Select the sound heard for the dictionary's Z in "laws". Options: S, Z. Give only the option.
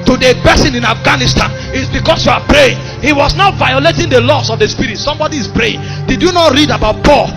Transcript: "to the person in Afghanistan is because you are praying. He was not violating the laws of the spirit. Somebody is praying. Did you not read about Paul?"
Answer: S